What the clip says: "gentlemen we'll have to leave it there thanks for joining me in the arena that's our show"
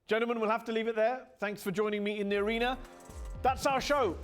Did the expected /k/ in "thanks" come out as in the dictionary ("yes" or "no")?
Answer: yes